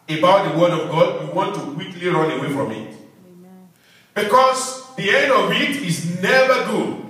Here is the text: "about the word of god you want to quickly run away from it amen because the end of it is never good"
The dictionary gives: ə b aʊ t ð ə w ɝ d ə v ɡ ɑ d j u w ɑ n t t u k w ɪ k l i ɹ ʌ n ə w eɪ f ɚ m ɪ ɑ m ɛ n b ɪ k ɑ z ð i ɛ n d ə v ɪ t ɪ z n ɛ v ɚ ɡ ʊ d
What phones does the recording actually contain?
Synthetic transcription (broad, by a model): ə b aʊ t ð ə w ɝ d ə v ɡ ɑ d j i w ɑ n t t u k w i k l i ɹ ʌ n ə w eɪ f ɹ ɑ m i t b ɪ k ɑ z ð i ɛ n d ə v ɪ t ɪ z n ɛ v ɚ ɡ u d